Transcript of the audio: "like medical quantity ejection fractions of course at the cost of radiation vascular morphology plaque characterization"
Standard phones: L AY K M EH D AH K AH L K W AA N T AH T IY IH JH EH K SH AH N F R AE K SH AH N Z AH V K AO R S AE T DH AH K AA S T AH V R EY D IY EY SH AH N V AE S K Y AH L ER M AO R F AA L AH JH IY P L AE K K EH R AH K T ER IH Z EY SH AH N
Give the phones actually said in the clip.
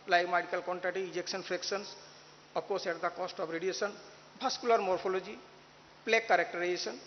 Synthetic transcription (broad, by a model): L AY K M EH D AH K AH L K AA N T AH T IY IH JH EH K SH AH N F R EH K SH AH N S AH P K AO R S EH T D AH K AA S T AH B R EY D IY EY S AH N B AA S K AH L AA M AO R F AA L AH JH IY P L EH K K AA R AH K T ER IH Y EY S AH N